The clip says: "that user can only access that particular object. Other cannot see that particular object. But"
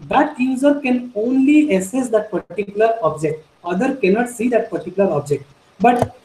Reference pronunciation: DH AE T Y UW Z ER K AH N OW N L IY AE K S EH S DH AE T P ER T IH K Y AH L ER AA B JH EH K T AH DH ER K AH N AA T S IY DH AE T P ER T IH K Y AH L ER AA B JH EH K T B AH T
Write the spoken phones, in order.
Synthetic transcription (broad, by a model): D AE T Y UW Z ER K AH N OW N L IY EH S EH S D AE T P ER T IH K Y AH L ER AA B JH EH K T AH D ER K AH N AA T S IY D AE T P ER T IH K Y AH L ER AA B JH EH K T B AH T